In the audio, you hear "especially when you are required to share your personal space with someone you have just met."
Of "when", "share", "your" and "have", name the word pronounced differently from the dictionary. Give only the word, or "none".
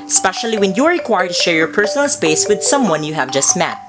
none